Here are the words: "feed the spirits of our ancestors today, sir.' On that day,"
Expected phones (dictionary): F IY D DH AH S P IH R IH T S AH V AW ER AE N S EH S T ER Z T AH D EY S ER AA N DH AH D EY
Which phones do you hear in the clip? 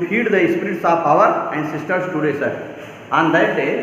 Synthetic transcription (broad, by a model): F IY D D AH S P R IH T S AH P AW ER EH N S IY S T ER S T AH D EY S ER AA N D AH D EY